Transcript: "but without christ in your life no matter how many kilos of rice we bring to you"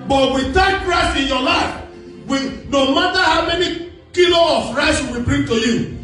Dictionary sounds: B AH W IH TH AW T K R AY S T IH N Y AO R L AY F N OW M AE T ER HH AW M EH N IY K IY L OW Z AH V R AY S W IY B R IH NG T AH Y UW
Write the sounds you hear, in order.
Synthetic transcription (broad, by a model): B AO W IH T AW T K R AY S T IH N Y AO L AY F N OW M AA T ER HH AW M EH N IY K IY L OW AH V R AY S W IY B R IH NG T AH Y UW